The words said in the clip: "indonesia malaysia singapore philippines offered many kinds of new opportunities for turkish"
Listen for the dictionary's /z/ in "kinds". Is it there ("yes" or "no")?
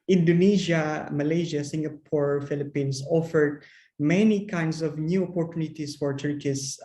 no